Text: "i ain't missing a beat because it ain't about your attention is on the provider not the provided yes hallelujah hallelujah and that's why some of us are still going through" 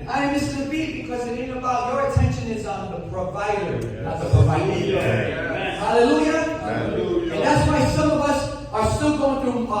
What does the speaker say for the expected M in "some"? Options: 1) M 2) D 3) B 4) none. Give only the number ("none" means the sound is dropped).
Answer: 1